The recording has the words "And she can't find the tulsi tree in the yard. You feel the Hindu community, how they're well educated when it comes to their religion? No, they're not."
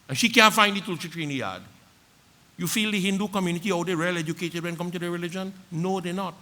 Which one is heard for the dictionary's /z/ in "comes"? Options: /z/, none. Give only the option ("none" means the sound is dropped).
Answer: none